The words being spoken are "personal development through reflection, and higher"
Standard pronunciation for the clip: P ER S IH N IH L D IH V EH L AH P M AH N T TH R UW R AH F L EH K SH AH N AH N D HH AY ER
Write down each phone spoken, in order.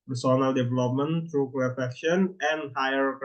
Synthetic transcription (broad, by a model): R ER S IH N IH L D IH V EH L AH P M AH N T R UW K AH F EH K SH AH N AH N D HH AY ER